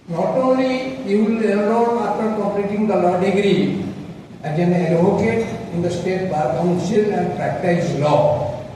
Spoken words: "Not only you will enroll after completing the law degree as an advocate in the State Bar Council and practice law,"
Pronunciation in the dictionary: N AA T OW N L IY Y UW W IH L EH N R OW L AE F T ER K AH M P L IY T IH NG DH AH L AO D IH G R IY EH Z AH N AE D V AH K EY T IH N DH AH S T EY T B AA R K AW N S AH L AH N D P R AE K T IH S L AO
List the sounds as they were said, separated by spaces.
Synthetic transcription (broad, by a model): N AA T OW N L IY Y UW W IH L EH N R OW N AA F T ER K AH P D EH T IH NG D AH L AO D IH G R IY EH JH AH N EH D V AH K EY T IH N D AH S T EY T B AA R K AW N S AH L AH N D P R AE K T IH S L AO